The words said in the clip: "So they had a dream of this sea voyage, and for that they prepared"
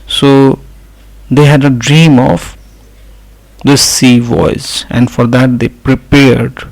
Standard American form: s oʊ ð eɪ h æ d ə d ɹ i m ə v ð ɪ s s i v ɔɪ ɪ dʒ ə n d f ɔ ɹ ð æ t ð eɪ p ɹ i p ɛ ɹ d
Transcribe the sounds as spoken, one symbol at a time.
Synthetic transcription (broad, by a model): s oʊ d eɪ h æ d ə d ɹ i m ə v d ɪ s s i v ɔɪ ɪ z ə n d f ɔ ɹ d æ t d eɪ p ɹ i p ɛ ɹ d